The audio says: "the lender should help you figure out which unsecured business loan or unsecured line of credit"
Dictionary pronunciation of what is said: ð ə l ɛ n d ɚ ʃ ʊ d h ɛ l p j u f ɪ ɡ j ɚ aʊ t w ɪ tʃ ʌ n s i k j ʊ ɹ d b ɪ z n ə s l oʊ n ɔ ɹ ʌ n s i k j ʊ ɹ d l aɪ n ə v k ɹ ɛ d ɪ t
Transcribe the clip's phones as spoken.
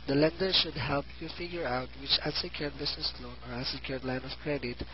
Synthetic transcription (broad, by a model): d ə l ɛ n d ɚ ʃ ʊ d h ɛ l p j u f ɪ ɡ j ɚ aʊ t w ɪ tʃ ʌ s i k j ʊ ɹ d b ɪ s n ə s l oʊ n ɔ ɹ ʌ s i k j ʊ ɹ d l aɪ n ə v k ɹ ɛ d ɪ t